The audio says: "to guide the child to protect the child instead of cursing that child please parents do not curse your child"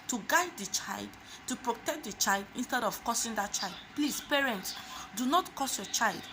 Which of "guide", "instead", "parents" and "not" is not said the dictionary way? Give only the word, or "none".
none